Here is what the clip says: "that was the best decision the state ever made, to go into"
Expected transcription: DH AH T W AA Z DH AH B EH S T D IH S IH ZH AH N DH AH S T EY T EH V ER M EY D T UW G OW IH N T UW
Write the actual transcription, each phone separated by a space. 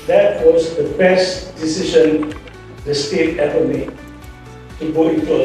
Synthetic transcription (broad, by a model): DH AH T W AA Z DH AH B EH S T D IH S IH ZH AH N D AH S T EY T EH P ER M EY T UW G OW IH N T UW